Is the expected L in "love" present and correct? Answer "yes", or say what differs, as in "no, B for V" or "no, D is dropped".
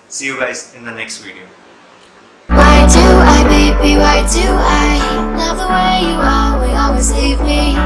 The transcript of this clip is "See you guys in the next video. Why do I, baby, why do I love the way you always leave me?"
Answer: no, N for L